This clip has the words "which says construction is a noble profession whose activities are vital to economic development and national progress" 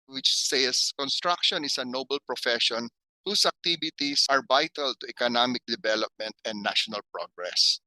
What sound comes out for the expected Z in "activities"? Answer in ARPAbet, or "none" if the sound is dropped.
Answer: S